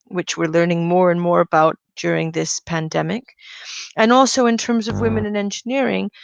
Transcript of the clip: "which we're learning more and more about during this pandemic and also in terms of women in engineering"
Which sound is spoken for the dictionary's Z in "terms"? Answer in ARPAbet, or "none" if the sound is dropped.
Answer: Z